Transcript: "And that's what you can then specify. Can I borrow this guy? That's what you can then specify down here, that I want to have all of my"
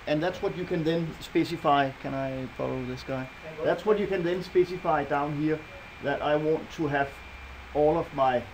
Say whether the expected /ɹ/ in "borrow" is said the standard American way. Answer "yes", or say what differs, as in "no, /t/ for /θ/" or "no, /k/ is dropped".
no, /l/ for /ɹ/